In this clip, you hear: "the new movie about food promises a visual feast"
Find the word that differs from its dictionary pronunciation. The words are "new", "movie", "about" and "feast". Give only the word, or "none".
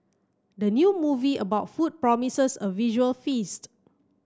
none